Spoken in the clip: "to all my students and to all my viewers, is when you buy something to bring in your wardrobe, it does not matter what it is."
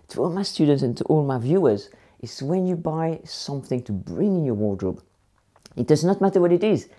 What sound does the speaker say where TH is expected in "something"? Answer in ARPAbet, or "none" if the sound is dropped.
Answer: TH